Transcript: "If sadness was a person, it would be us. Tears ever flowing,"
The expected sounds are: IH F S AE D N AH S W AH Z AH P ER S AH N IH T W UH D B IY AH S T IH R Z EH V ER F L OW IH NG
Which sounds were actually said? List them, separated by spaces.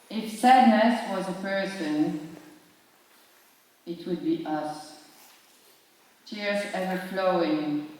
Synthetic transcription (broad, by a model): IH F S AE D N AH S W AH Z AH P ER S AH N IH T W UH D B IY AH S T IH R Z EH V ER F L OW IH NG